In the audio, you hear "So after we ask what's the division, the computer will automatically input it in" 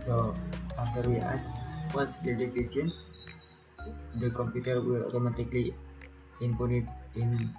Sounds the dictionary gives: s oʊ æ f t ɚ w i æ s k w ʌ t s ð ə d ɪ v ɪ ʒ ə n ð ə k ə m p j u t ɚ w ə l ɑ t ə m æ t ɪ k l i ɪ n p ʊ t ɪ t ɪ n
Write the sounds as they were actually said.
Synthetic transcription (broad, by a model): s oʊ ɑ f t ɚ w i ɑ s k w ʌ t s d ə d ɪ f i s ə n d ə k ə m p j u t ɚ w ə l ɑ t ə m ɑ t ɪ k l i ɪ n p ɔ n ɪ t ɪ n